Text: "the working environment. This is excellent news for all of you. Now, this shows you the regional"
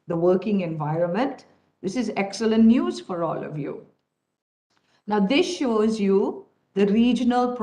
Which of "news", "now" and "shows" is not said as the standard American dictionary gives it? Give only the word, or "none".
none